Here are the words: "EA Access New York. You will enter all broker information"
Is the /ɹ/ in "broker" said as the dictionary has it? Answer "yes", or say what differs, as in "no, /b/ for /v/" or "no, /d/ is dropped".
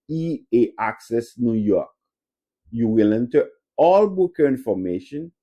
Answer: no, /ɹ/ is dropped